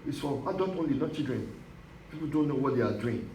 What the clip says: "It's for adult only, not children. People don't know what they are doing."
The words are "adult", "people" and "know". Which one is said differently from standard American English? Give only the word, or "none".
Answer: adult